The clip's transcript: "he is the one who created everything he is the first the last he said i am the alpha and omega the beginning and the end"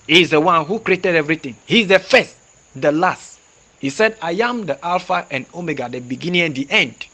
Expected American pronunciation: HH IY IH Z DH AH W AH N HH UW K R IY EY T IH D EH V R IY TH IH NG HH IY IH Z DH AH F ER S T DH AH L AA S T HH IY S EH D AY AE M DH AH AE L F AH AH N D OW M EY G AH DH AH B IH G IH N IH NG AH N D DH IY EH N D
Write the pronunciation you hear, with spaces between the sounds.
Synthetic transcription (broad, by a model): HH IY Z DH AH W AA N HH UW K R IY EY T IH D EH V R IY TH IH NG HH IY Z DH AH F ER S T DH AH L AA S T HH IY S EH D AY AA M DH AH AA L F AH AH N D OW M EY G AH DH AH B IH G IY N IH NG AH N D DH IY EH N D